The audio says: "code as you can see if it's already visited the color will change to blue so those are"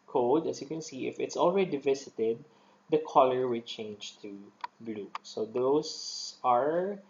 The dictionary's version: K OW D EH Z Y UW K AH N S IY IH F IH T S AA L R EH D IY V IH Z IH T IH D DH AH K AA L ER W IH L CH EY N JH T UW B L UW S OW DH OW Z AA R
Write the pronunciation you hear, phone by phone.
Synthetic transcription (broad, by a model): K OW D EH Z Y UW K AH N S IY IH F IH T S AA L R EH D IY V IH S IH T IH D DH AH K AA L ER W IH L CH EY N JH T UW B L UW S OW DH OW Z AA R